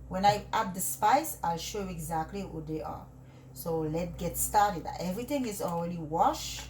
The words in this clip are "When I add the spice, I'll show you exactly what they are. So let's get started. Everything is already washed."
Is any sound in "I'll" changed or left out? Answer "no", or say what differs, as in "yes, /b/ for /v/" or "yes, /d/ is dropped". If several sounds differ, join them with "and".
no